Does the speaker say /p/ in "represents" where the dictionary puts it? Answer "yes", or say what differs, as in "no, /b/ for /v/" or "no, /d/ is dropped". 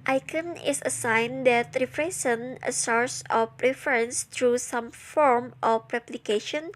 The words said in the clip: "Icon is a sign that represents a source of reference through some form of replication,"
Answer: no, /f/ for /p/